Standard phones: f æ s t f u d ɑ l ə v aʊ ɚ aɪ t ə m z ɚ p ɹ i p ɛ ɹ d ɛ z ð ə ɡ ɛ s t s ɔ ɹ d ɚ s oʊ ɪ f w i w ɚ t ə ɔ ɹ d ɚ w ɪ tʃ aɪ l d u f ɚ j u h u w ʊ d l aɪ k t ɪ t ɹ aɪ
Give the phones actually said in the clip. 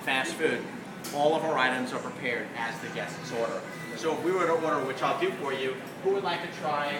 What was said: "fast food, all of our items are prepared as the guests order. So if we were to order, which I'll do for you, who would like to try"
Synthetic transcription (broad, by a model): f æ s t f u d ɑ l ə v aʊ ɚ aɪ t ə m z ɚ p ɹ i p ɛ ɹ d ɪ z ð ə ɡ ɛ s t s ɔ ɹ d ɚ s oʊ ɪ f w i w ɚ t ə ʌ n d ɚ w ɪ tʃ aɪ l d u f ɚ j u h u w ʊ d l aɪ k t ɪ t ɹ aɪ